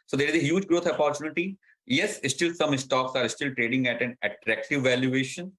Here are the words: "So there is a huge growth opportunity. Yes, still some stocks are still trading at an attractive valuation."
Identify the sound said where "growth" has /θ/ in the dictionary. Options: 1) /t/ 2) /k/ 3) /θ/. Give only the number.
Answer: 1